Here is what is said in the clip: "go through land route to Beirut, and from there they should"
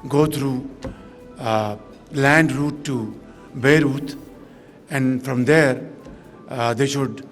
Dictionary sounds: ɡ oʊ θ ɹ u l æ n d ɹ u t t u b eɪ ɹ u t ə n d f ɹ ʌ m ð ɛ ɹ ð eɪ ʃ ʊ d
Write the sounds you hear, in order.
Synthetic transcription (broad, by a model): ɡ oʊ t ɹ u l æ n d ɹ u t t u b eɪ ɹ u t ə n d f ɹ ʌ m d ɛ ɹ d eɪ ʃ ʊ d